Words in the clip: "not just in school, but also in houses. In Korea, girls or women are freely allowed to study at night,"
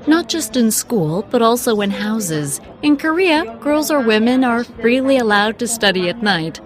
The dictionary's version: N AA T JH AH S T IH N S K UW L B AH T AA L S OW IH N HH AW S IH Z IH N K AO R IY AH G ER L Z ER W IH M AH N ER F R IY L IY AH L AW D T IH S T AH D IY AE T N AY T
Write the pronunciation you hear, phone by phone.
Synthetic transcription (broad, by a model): N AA T JH AH S T IH N S K UW L B AH T AA L S OW IH N HH AW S IH Z IH N K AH R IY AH G ER L Z ER W IH M AH N ER F R IY L IY AH L AW D T IH S T AH D IY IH T N AY T